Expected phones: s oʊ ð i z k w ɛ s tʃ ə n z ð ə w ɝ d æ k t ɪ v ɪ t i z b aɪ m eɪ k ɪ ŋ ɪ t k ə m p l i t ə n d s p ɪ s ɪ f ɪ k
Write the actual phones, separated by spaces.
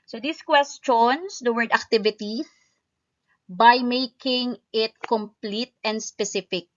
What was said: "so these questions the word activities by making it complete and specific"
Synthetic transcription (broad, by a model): s oʊ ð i s k w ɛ s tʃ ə n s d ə w ɝ d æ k t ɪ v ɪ t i b aɪ m eɪ k ɪ ŋ ɪ t k ə m p l i t ə n d s p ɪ s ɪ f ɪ k